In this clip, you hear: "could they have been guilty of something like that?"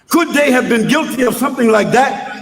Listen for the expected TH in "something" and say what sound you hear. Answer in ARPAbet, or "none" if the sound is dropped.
TH